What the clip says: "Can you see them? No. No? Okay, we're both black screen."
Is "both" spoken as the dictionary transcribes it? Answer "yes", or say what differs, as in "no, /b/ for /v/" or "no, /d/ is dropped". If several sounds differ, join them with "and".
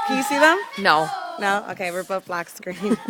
no, /t/ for /θ/